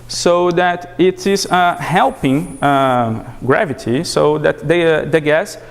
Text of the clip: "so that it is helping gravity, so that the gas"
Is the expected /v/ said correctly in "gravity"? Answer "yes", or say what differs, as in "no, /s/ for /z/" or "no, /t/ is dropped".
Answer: yes